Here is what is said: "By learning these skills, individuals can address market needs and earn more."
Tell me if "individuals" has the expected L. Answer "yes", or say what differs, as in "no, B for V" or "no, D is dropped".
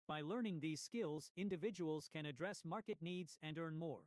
yes